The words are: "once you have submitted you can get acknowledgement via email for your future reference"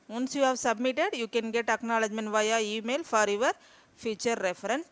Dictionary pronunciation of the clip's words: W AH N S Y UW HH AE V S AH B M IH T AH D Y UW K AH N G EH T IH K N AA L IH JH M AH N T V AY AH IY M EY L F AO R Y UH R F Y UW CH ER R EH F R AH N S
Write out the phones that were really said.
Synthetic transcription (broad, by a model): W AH N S Y UW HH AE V S AH B M IH T AH D Y UW K AH N G EH T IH K N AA L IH JH M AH N V AY AH IY M EY L F AO R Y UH R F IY CH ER R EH F R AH N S